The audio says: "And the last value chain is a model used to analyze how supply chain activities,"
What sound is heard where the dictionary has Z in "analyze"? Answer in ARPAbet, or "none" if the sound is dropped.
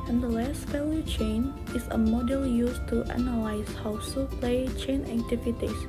S